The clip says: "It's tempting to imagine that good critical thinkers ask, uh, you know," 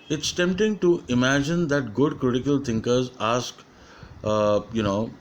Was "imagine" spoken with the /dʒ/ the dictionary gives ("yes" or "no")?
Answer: yes